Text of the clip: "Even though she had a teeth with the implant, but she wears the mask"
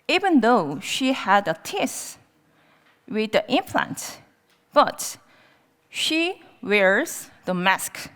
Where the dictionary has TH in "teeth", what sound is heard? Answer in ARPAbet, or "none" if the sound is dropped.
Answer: S